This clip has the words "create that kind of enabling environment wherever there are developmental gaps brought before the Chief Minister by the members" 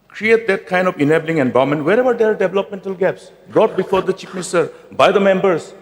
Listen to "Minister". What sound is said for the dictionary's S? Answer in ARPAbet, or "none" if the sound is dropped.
none